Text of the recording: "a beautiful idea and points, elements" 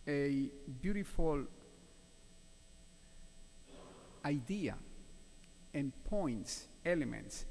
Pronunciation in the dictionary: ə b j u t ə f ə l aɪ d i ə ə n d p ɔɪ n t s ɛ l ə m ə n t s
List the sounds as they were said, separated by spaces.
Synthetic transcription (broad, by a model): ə b j u t ə f ə l aɪ d i ə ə n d p ɔɪ n t s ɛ l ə m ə n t s